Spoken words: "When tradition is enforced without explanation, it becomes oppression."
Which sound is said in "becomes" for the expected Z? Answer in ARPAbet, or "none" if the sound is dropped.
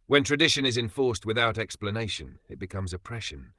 Z